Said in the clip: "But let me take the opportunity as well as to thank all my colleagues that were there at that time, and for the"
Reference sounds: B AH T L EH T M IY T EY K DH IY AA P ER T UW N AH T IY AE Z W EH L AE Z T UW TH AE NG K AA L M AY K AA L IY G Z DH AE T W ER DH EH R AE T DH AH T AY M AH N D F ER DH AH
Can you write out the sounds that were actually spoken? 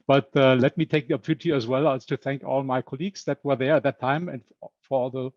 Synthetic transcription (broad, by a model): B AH T L EH T M IY T EY K DH IY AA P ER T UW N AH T IY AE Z W EH L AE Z T UW TH AE NG K AA L M AY K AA L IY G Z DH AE T W ER DH EH R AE T DH AH T AY M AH N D F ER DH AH